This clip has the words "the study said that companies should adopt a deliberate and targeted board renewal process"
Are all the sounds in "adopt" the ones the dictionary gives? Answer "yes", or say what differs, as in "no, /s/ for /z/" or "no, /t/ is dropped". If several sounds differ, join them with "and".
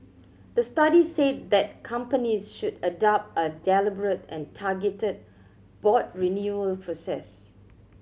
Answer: yes